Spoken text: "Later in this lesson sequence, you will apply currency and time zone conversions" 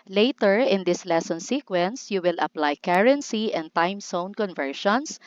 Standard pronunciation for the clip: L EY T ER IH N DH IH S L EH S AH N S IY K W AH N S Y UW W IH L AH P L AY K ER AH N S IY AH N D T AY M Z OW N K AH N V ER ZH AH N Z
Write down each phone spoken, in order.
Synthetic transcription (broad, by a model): L EY T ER IH N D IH S L EH S AH N S IY K W AH N S Y UW W IH L AH P L AY K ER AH N S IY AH N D T AY M S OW N K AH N V ER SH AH N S